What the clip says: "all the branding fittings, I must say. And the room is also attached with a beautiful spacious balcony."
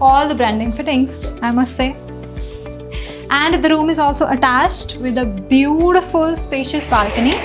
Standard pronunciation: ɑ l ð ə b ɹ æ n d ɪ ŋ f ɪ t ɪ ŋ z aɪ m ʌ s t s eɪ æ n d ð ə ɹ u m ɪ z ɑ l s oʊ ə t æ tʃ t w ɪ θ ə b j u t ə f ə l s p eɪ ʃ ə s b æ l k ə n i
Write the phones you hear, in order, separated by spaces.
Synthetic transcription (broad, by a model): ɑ l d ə b ɹ æ n d ɪ ŋ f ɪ t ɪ ŋ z aɪ m ʌ s t s eɪ æ n d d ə ɹ u m ɪ z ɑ l s oʊ ə t æ tʃ t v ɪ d ə b j u t ə f ə l s p eɪ ʃ ə s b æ l k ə n i